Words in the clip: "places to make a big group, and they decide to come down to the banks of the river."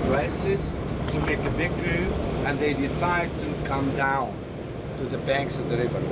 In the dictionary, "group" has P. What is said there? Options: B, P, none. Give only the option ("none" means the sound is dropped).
none